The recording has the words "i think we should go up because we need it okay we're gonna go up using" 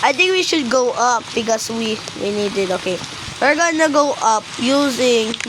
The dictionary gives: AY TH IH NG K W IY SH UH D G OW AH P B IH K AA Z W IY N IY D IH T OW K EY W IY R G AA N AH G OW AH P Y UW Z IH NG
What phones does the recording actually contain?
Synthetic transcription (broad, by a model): AY T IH NG K W IY SH UH D G OW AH P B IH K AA S W IY N IY D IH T OW K EY W IY R G AA N AH G OW AH P Y UW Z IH NG